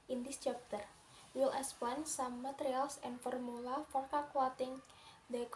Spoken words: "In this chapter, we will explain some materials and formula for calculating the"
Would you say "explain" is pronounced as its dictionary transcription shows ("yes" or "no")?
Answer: no